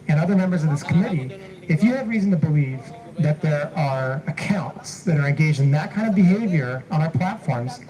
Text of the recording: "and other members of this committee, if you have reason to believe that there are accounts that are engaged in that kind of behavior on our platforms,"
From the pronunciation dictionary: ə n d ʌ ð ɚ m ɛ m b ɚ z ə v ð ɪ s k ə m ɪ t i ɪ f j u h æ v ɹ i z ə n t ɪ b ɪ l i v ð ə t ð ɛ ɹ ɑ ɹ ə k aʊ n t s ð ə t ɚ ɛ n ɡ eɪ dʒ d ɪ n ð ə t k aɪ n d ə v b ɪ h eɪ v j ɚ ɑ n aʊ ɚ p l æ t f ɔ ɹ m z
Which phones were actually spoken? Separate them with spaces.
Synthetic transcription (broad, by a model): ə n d ʌ ð ɚ m ɛ m b ɚ z ə v ð ɪ s k ə m ɪ t i ɪ f j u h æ v ɹ i z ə n t ɪ b ɪ l i v ð ə t ð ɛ ɹ ɑ ɹ ə k aʊ n t s ð ə t ɚ ɛ n ɡ eɪ dʒ d ɪ n ð ə t k aɪ n d ə v b ɪ h eɪ v j ɚ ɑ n aʊ ɚ p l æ t f ɔ ɹ m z